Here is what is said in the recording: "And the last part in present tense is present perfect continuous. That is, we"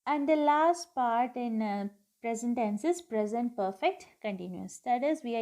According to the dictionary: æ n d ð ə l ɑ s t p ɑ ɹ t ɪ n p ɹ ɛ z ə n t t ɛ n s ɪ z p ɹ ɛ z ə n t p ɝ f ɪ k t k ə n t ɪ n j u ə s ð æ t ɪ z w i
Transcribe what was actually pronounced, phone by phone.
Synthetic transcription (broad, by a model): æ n d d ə l ɑ s t p ɑ ɹ t ɪ n p ɹ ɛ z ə n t t ɛ n s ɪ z p ɹ ɛ z ə n t p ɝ f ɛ k t k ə n t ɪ n j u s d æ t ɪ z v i